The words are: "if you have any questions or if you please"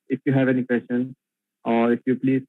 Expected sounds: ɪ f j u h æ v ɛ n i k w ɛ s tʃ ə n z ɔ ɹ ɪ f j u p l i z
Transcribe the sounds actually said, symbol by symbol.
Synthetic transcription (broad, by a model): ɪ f j u h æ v ɛ n i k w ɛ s ʃ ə n ɔ ɹ ɪ f j u p l i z